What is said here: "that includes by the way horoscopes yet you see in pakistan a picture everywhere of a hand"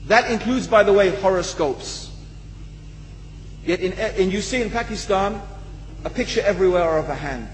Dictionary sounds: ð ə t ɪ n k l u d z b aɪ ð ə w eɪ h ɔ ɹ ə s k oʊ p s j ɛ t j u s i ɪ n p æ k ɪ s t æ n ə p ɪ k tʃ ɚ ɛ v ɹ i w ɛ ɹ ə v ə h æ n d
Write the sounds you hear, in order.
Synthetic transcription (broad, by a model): ð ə t ɪ n k l u d z b aɪ ð ə w eɪ h ɔ ɹ ə s k oʊ p s j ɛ t j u s i ɪ n p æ k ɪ s t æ n ə p ɪ k tʃ ɚ ɛ v ɹ i w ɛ ɹ ə v ə h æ n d